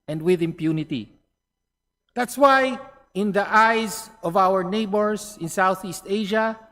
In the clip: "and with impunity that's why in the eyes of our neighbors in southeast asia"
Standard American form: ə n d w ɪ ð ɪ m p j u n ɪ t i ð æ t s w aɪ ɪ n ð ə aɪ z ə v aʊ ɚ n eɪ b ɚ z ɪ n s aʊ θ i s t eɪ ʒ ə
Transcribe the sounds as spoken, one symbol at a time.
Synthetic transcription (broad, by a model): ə n d w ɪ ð ɪ m p j u n ɪ t i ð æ t s w aɪ ɪ n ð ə aɪ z ə v aʊ ɚ n eɪ b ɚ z ɪ n s aʊ θ i s t eɪ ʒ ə